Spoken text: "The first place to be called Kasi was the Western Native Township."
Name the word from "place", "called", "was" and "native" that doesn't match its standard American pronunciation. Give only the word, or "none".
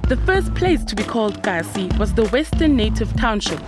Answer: none